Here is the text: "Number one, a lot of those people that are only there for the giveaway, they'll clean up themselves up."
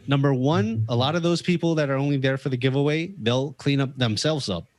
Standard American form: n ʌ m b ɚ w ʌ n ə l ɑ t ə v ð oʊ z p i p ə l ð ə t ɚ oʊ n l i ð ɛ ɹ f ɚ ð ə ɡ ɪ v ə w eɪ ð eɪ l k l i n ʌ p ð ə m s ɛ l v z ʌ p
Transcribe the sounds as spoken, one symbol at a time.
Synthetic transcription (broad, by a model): n ʌ m b ɚ w ʌ n ə l ɑ t ə v ð oʊ z p i p l ð ə t ɚ oʊ n l i ð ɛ ɹ f ɚ ð ə ɡ ɪ v ə w eɪ ð eɪ l k l i n ʌ p ð ə m s ɛ l v z ʌ p